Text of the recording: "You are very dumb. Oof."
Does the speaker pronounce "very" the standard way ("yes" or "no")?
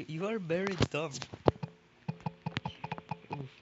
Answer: no